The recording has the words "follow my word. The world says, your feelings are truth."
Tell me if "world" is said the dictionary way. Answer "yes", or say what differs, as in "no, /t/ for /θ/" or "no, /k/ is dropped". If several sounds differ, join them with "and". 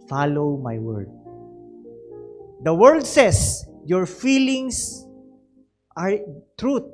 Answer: no, /l/ is dropped